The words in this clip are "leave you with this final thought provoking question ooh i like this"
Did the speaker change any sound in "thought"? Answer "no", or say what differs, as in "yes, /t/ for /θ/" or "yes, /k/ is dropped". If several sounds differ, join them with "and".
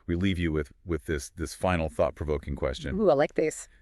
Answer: no